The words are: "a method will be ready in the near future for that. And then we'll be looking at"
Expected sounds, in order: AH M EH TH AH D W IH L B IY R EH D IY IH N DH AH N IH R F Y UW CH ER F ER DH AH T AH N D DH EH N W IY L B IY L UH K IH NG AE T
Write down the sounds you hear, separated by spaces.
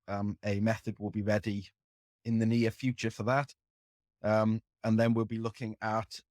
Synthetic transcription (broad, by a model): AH M EH TH AH D W IH L B IY R EH D IY IH N DH AH N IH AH F Y UW CH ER F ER DH AH T AH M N DH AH N W IY L B IY L UH K IH NG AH T